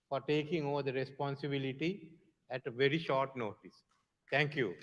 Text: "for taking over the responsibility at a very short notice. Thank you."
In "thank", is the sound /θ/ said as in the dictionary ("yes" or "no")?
no